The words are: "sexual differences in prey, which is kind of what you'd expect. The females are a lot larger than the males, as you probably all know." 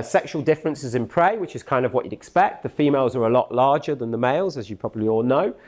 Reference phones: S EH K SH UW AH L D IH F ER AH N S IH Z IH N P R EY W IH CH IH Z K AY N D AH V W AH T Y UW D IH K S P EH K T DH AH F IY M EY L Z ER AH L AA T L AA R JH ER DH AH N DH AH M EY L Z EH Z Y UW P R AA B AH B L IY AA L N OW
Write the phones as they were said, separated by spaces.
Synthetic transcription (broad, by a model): S EH K SH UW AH L D IH F ER AH N S IH Z IH N P R EY W IH CH IH Z K AY N D AH V W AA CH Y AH D IH K S P EH K T DH AH F IY M EY L Z ER AH L AA T L AA JH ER DH AH N DH AH M EY L Z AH Z Y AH P R AA B AH B L IY AA L N OW